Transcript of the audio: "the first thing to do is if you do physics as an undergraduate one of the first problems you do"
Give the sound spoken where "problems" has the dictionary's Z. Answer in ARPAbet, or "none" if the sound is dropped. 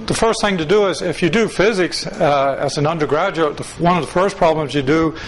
Z